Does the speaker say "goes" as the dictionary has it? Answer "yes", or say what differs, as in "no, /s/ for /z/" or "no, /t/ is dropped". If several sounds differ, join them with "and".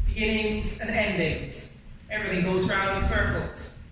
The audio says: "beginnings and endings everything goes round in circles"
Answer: yes